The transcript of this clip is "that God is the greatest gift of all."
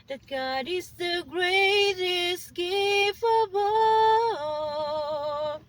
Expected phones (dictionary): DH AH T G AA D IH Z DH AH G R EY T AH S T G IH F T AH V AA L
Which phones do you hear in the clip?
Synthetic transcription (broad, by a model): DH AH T G AA D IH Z DH AH G R EY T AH S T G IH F AH B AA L